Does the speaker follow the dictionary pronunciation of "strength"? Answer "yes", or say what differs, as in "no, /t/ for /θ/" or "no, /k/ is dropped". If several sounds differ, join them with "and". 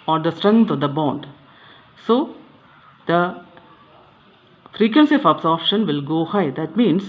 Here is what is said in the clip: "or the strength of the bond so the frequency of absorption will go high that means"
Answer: no, /t/ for /θ/